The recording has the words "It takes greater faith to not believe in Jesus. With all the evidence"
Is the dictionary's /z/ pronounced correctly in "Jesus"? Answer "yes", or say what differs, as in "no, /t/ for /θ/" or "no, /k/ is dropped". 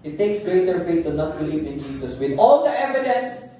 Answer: no, /s/ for /z/